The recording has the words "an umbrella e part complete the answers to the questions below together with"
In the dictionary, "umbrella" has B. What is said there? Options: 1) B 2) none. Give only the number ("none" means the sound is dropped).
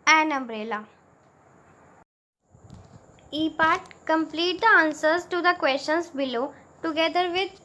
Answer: 1